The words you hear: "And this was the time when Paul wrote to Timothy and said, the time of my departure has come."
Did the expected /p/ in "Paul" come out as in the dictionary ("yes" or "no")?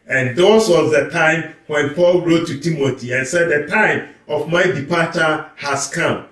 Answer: yes